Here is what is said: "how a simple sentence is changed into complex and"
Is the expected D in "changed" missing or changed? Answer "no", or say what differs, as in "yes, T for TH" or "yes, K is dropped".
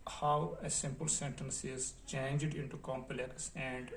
no